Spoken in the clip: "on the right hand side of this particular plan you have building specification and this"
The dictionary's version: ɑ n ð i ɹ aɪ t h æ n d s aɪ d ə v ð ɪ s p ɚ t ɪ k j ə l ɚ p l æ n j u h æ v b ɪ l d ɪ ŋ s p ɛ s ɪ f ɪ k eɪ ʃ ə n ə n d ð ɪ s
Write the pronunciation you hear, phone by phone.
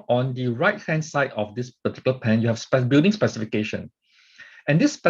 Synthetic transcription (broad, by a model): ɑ n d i ɹ aɪ t h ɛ n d s aɪ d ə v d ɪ s p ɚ t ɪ k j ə l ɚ p æ n j u h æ p b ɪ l d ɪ ŋ s p ɛ s ɪ f ɪ k eɪ ʃ ə n ə n d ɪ s